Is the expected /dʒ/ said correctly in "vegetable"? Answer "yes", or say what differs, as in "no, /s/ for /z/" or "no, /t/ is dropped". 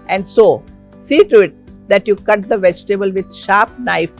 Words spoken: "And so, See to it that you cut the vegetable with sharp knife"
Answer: yes